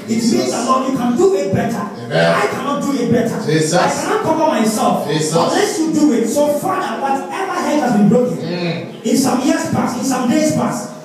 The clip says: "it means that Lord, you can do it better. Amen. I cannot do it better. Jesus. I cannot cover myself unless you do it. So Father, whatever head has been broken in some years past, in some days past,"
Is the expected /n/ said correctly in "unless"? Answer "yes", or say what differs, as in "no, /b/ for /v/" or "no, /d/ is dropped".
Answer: no, /n/ is dropped